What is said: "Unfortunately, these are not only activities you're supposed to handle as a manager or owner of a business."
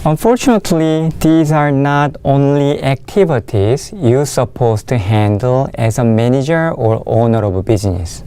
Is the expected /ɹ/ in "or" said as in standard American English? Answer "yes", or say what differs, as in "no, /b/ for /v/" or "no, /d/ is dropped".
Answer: yes